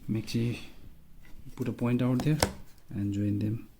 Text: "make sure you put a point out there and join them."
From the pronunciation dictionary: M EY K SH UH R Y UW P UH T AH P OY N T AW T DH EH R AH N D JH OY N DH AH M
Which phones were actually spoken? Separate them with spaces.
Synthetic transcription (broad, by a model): M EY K S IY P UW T AH P OY N T AW T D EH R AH N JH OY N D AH M